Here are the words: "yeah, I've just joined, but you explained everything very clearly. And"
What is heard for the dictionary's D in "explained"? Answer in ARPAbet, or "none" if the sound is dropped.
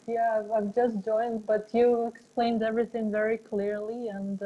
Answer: D